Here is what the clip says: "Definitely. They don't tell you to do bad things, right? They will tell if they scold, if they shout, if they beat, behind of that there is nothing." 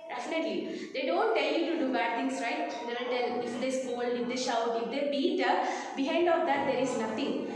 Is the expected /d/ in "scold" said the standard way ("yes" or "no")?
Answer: no